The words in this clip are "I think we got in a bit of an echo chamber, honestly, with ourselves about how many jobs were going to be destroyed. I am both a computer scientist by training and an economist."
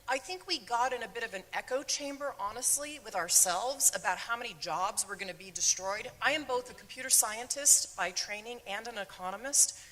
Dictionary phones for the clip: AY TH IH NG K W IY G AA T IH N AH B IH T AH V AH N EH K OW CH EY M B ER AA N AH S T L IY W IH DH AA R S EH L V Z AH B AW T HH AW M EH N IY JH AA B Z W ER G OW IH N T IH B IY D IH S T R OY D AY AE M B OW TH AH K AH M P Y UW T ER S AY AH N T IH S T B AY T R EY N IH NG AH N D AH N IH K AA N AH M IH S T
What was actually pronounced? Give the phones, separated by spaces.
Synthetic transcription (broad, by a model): AY TH IH NG K W IY G AA T IH N AH B IH T AH V AH N EH K OW CH EY M B ER AA N AH S T L IY W IH DH AA R S EH L V Z AH B AW T HH AW M EH N IY JH AA B Z W ER G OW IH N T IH B IY D IH S T R OY D AY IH M B OW TH AH K M P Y UW T ER S AY AH N T IH S T B AY T R EY N IH NG AH N D AH N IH K AA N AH M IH S T